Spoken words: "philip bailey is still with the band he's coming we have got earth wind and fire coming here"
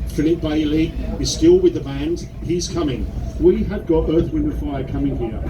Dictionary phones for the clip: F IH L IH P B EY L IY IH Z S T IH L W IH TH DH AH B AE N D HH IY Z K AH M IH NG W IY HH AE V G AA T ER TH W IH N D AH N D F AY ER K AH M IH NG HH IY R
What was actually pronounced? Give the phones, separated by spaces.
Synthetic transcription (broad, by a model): F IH L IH P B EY L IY IH Z S T IH L W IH DH AH B AE N D HH IY Z K AH M IH NG W IY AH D G AA T ER TH W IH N AH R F AY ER K AH M IH NG HH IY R